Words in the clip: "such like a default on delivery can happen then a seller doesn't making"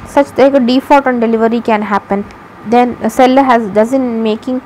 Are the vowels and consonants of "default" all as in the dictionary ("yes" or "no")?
no